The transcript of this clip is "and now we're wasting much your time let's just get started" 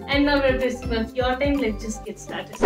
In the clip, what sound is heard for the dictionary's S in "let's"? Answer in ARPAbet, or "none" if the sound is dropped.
none